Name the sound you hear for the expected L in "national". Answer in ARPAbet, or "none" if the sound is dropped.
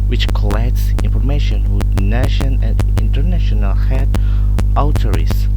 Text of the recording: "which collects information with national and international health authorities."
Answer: N